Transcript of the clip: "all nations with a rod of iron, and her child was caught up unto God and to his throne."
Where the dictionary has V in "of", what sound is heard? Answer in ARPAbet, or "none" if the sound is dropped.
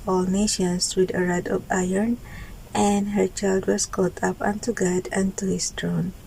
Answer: P